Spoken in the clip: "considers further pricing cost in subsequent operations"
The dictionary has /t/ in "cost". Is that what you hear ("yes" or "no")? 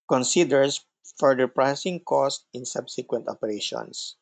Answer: yes